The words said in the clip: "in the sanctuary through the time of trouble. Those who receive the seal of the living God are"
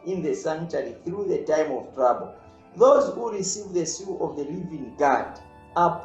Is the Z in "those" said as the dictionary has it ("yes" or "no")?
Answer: yes